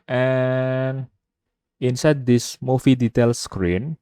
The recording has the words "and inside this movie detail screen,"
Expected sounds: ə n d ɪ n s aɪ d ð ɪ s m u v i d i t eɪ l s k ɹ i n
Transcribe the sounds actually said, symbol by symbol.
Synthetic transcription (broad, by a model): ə n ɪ n s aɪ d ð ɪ s m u f i d i t eɪ l s k ɹ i n